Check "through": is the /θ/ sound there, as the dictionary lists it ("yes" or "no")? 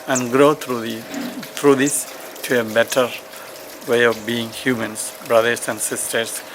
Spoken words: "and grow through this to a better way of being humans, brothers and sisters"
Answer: no